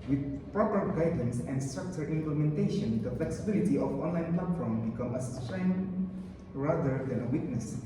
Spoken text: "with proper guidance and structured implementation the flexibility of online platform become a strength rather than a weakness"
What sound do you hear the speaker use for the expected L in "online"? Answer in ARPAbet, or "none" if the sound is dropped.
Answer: L